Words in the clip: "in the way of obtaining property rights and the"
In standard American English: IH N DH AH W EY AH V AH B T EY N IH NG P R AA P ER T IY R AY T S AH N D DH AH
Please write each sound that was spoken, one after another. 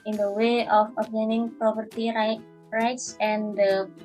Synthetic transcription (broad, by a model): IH N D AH W EY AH F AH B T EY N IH NG P R AA P ER T IY R AY T S AH N D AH